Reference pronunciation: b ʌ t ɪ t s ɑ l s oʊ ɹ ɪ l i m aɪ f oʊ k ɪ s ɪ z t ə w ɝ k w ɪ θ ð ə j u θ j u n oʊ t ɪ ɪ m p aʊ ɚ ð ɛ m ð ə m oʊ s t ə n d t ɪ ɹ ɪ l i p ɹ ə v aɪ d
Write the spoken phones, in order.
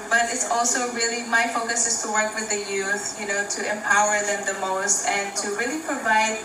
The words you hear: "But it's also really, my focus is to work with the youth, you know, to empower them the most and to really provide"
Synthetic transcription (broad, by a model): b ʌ t ɪ t s ɑ l s oʊ ɹ ɪ l i m aɪ f oʊ k ɪ s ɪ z t ə w ɝ k w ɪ ð ə j u θ j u n oʊ t ɪ ɪ m p aʊ ɚ ð ɛ m ð ə m oʊ s t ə n t ɪ ɹ ɪ l i p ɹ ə v aɪ d